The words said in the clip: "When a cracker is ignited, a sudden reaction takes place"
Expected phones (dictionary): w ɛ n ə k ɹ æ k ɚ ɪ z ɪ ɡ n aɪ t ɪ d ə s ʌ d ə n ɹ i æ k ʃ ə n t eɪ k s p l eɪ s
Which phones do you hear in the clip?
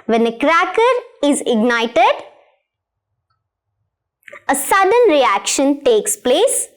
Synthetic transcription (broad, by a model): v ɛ n ə k ɹ æ k ɚ ɪ z ɪ ɡ n aɪ t ɪ d ə s ʌ d ə n ɹ i æ k ʃ ə n t eɪ k s p l eɪ s